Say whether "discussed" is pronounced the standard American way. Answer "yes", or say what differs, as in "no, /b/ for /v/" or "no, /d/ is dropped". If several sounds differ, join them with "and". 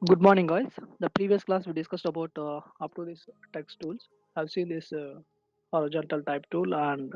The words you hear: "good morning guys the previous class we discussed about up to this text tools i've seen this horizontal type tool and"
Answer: yes